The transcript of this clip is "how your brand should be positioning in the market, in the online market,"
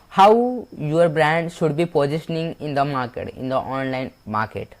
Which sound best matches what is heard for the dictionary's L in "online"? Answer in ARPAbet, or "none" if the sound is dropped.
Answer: L